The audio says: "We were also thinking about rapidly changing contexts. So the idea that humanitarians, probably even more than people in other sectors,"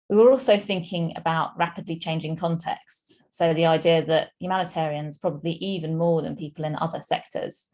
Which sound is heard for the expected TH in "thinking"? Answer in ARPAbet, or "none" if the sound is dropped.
TH